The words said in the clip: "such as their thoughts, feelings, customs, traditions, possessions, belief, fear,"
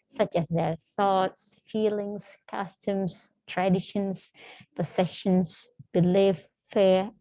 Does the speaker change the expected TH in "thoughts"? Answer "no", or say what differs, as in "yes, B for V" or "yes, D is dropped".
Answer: no